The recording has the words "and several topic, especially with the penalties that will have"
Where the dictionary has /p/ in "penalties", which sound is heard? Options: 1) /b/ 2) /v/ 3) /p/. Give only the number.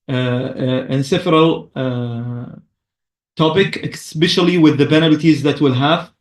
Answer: 1